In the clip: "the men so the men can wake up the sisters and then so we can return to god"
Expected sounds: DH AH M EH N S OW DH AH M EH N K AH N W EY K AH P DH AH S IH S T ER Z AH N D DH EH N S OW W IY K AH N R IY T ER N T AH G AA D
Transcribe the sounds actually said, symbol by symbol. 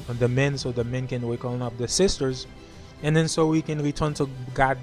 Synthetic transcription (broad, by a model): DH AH M EH N S OW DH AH M EH N K AH N W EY K AH P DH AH S IH S T ER Z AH N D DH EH N S OW W IY K AH N R IY T ER N T AH G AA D